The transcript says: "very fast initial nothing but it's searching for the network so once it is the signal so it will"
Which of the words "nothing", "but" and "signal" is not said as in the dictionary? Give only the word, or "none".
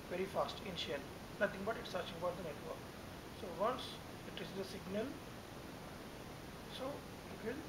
nothing